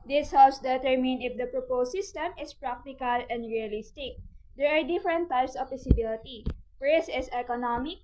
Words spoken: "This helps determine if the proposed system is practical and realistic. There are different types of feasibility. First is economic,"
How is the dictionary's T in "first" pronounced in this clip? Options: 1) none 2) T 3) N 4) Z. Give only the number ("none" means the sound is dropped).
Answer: 1